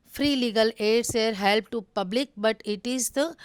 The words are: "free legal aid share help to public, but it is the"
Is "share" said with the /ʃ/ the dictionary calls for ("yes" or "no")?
no